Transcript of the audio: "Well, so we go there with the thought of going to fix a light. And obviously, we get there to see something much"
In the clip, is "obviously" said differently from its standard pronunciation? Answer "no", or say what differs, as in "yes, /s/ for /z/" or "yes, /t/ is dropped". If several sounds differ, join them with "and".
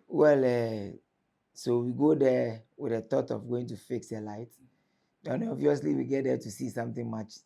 yes, /b/ is dropped